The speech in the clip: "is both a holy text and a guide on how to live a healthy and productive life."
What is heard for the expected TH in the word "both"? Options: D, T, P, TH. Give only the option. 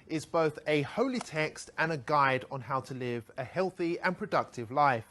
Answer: TH